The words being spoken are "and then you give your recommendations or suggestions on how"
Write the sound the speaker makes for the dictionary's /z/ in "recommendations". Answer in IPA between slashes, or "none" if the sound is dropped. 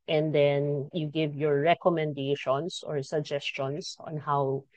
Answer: /s/